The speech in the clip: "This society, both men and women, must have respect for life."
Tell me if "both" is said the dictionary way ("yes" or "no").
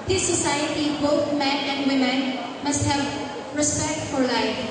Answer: no